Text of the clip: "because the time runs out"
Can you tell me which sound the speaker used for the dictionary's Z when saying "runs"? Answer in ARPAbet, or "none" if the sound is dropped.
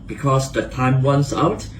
S